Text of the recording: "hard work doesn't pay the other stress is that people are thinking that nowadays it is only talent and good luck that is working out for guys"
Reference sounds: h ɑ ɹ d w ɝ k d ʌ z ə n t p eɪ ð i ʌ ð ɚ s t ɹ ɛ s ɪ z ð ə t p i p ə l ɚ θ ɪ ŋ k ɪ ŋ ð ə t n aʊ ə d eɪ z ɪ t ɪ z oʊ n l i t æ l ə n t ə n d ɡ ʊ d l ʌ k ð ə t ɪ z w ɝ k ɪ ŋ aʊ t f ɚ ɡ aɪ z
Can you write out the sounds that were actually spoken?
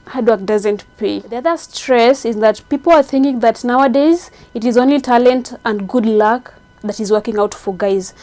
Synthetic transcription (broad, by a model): h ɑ d w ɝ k d ʌ z ə n t p eɪ ð i ʌ ð ɚ s t ɹ ɛ s ɪ z ð ə t p i p l ɚ θ ɪ ŋ k ɪ ŋ ð ə t n aʊ ə d eɪ z ɪ t ɪ z oʊ n l i t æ l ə n t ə n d ɡ ʊ d l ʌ k ð ə t ɪ z w ɝ k ɪ ŋ aʊ t f ɚ ɡ aɪ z